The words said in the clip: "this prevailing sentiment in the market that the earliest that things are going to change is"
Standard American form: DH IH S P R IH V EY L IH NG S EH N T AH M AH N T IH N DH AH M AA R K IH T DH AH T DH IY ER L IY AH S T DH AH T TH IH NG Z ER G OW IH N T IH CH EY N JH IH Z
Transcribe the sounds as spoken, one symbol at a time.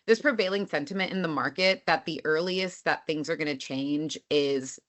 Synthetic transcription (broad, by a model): DH IH S P R IH V EY L IH NG S EH N T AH M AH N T IH N DH AH M AA R K IH T DH AH T DH IY ER L IY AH S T DH AH T TH IH NG Z ER G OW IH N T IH CH EY N JH IH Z